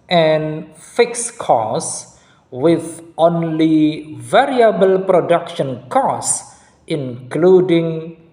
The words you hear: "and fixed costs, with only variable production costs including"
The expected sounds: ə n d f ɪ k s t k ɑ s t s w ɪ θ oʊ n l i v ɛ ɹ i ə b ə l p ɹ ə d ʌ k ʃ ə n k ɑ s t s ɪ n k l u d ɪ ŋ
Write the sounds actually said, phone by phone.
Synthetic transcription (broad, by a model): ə n f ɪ k s k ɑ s s w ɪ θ oʊ n l i v ɛ ɹ i ə b ə l p ɹ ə d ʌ k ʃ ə n k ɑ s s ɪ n k l u d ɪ ŋ